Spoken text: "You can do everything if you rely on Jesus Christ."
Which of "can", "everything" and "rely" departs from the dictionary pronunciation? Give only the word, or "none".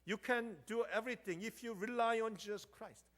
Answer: everything